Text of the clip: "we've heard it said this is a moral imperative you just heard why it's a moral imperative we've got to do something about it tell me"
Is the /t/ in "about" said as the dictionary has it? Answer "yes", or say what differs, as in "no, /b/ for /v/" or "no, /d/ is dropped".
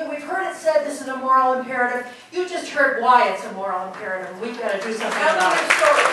no, /t/ is dropped